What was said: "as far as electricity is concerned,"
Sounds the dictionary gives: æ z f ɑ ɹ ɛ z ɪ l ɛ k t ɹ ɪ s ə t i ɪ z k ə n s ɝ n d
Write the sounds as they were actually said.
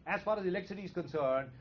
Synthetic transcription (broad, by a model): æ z f ɑ ɹ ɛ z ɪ l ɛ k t s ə t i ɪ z k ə n s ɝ n d